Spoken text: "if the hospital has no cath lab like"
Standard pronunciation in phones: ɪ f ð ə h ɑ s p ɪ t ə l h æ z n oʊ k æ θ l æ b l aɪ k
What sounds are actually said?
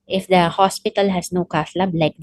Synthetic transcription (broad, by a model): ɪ f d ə h ɑ s p ɪ t ə l h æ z n oʊ k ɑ s l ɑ b l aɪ k